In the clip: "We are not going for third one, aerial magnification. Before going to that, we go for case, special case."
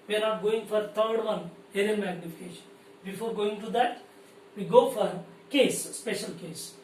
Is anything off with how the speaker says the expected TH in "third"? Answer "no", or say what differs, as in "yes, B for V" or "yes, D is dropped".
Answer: yes, T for TH